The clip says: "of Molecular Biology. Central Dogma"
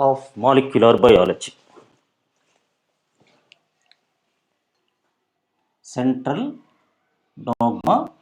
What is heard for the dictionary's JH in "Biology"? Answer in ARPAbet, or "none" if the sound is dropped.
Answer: CH